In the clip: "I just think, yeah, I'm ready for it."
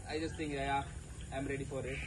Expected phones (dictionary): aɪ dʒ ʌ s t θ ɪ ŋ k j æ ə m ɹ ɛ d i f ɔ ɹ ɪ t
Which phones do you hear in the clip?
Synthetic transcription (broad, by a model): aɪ dʒ ʌ s t t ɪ ŋ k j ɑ ə m ɹ ɛ d i f ɔ ɹ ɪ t